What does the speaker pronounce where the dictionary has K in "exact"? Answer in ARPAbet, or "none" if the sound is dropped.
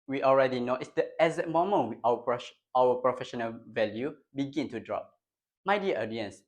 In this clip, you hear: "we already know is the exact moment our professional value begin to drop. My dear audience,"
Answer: none